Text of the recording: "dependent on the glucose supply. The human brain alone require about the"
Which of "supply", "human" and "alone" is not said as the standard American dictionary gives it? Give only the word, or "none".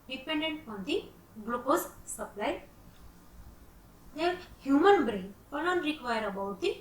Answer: alone